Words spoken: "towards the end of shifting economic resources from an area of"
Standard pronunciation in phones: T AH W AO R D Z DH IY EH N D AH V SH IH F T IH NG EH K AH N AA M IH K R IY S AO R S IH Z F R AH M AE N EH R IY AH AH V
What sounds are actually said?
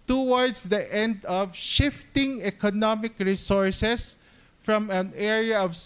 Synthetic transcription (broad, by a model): T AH W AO R D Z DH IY EH N D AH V SH IH F T IH NG EH K AH N AA M IH K R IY S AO R S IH S F R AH M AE N EH R IY AH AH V